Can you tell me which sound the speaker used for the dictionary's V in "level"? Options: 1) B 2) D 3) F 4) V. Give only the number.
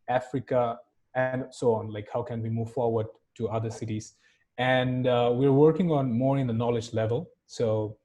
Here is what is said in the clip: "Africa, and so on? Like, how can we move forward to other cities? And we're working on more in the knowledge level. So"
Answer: 4